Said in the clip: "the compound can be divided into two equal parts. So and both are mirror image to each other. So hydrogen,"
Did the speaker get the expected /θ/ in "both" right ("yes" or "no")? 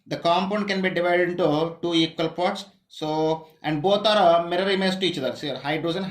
no